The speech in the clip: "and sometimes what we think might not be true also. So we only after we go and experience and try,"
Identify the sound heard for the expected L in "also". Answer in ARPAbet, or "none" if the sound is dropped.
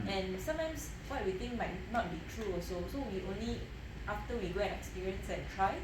none